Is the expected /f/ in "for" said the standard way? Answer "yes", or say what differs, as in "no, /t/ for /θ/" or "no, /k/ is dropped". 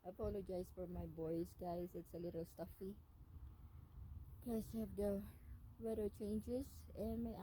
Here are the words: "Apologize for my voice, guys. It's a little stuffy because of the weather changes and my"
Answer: yes